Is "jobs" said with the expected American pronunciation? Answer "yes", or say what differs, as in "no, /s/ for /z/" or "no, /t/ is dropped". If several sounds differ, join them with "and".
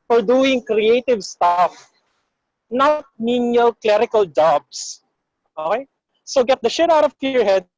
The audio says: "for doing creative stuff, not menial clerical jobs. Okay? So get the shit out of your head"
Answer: no, /s/ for /z/